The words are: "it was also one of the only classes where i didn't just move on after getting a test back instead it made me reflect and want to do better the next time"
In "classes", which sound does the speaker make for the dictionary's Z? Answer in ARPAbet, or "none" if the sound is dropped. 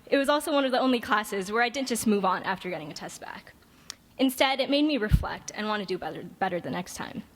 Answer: Z